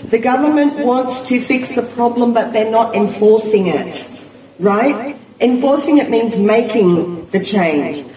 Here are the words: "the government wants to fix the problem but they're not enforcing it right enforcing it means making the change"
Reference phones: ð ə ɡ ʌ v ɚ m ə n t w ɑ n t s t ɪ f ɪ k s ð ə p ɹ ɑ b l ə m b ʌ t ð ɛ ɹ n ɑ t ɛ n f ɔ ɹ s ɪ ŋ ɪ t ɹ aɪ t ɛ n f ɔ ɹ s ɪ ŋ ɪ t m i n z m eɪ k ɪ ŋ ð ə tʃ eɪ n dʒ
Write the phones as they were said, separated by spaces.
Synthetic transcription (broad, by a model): ð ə ɡ ʌ v ɚ m ə n t w ɑ n t s t ɪ f ɪ k s ð ə p ɹ ɑ b l ə m b ʌ t ð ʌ ɹ n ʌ t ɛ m f ɔ ɹ s ɪ ŋ ɪ t ɹ aɪ t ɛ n f ɔ ɹ s ɪ ŋ ɪ t m i n z m eɪ k ɪ ŋ ð ə tʃ eɪ n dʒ